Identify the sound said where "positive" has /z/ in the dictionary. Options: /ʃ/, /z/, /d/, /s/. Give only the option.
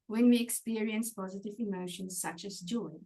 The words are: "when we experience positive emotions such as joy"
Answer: /z/